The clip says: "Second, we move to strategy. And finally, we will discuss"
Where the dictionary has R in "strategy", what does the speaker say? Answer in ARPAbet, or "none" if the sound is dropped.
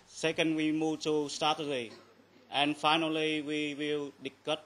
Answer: none